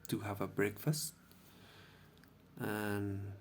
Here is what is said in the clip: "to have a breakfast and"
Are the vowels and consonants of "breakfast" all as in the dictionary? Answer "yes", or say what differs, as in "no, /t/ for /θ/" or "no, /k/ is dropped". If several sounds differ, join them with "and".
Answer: yes